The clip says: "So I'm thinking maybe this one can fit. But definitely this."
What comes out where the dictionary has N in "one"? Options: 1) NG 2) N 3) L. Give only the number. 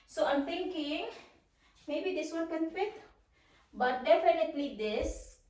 3